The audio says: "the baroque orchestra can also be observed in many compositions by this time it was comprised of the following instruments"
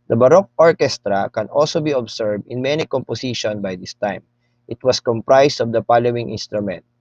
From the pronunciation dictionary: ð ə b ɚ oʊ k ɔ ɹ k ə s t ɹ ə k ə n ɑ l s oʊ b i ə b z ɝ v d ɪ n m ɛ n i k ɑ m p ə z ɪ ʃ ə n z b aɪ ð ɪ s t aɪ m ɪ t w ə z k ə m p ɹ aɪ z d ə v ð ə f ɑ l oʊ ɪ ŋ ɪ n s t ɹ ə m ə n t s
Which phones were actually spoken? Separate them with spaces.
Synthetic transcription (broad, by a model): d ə b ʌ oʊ k ɔ ɹ k ə s t ɹ ə k ə n ɑ l s oʊ b i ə b s ɝ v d ɪ n m ɛ n i k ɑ m p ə s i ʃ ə n b aɪ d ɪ s t aɪ m ɪ t w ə s k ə m p ɹ aɪ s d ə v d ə p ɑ l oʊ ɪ ŋ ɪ n s t ɹ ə m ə n t